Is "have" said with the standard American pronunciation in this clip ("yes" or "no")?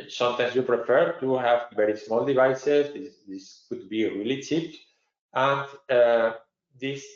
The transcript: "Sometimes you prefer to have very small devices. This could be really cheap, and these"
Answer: yes